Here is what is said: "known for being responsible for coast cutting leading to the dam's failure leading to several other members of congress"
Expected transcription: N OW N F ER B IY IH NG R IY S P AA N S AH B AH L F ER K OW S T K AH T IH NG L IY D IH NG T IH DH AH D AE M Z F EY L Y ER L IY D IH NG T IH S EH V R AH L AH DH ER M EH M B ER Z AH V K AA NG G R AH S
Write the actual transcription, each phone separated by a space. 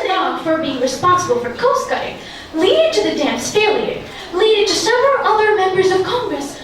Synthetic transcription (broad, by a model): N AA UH F ER B IY IH NG R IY S P AA N S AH B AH L F ER K OW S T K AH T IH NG L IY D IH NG T IH DH AH D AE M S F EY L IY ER L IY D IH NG T IH S EH V R AH L AH DH ER M EH M B ER Z AH V K AA NG G R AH S